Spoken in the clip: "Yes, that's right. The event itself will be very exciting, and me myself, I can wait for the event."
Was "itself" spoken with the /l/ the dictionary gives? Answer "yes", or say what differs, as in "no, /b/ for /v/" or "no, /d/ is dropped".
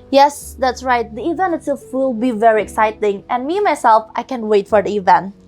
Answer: no, /l/ is dropped